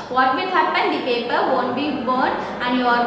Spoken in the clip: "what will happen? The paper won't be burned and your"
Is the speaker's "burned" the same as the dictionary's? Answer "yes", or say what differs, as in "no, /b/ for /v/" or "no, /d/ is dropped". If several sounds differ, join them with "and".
no, /d/ is dropped